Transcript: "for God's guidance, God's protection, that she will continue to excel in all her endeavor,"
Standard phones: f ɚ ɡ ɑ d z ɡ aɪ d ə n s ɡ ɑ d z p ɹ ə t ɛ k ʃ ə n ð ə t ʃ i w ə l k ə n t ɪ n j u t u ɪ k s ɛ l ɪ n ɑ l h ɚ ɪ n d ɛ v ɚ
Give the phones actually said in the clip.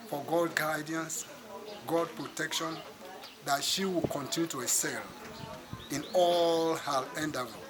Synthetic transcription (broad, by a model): f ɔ ɡ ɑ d ɡ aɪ d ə n s ɡ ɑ d p ɹ ə t ɛ k ʃ ə n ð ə t ʃ i w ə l k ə n t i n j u t u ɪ s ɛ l ɪ n ɑ l h ɚ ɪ n d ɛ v